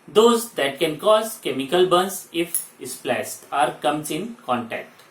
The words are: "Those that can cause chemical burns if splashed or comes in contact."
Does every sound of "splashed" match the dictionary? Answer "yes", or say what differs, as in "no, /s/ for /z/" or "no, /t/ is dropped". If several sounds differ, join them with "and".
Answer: no, /s/ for /ʃ/